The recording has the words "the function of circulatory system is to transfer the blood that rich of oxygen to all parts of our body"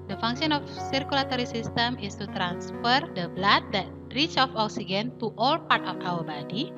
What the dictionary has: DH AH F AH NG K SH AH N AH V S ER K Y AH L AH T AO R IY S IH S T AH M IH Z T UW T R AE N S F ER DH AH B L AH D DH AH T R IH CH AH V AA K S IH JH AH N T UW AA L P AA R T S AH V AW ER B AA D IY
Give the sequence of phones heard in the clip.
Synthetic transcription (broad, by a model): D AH F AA NG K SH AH N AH F S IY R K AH L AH T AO R IY S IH S T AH M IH S T UW T R AE N S F ER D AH B L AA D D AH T R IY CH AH F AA K S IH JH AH N T UW AA L P AA R T AH F AW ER B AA D IY